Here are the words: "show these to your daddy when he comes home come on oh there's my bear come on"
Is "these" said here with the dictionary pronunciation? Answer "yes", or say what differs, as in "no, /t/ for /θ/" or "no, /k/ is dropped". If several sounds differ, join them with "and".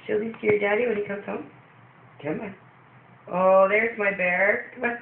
no, /s/ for /z/